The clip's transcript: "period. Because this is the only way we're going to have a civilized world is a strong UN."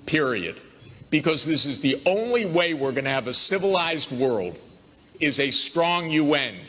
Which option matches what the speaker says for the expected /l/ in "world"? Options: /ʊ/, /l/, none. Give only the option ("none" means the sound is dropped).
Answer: /l/